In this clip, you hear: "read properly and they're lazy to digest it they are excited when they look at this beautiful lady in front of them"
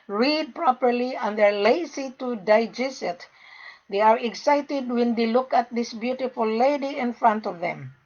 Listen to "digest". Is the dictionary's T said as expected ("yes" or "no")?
no